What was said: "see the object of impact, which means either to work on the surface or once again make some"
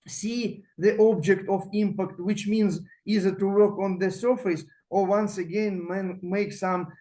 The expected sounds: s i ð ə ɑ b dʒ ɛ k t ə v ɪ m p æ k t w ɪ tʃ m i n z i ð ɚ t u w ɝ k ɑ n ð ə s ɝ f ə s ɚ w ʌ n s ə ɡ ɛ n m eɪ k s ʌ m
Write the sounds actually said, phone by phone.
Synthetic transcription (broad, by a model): s i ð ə ɑ b dʒ ɛ k t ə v ɪ m p æ k t w ɪ tʃ m i n z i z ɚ t u w ɝ k ɑ n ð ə s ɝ f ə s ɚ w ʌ n s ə ɡ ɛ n m eɪ k s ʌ m